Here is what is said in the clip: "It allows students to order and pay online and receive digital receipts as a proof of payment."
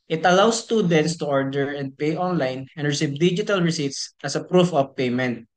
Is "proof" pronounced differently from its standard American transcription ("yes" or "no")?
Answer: no